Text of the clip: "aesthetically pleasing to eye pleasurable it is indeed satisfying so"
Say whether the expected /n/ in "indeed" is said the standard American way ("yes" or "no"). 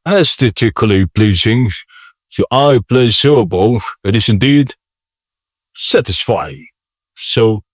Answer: yes